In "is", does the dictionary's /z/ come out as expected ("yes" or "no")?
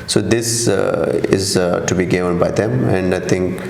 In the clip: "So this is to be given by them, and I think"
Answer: yes